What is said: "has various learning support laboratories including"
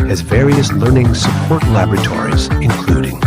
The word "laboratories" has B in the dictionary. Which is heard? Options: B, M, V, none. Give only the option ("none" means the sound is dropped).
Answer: B